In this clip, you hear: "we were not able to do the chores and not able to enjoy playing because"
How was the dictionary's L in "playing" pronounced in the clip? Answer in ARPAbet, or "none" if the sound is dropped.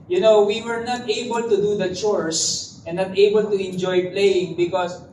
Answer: L